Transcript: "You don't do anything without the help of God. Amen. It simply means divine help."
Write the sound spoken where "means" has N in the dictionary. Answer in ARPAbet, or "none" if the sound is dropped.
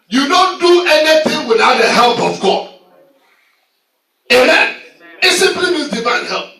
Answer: none